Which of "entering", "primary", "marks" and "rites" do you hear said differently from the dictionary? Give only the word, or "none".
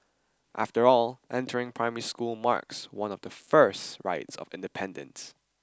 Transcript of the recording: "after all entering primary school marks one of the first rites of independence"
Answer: none